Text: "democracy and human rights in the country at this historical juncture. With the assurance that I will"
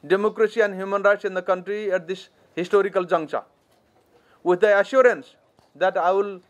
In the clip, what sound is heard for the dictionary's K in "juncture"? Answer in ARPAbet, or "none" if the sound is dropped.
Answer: none